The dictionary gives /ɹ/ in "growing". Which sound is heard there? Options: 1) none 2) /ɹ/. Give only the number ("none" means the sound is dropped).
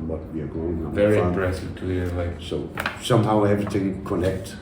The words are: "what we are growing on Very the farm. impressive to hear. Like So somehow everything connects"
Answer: 1